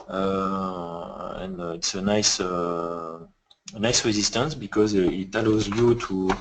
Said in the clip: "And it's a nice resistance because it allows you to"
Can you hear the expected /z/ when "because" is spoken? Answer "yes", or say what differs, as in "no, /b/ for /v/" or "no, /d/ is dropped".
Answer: yes